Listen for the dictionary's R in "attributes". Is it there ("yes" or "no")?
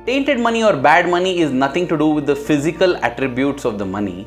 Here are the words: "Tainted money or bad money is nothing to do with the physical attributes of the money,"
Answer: yes